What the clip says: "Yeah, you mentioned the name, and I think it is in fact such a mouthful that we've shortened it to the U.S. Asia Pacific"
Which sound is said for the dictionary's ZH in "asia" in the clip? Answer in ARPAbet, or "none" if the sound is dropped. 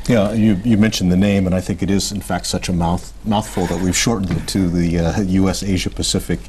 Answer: ZH